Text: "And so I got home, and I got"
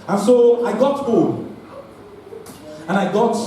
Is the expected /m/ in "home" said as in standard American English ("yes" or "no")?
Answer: no